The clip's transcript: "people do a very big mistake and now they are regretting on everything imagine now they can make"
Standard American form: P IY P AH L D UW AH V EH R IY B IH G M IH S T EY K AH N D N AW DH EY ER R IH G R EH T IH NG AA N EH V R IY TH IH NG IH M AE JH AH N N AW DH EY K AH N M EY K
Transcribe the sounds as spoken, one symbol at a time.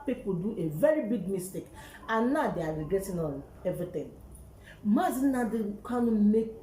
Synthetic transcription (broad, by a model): P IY P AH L D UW AH V EH R IY B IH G M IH S T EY K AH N N AW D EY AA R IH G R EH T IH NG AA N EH V R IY T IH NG M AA Z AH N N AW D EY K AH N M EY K